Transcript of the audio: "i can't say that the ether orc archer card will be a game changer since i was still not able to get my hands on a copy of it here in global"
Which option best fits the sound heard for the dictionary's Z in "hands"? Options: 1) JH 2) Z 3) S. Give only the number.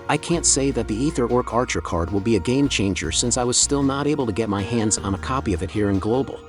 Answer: 2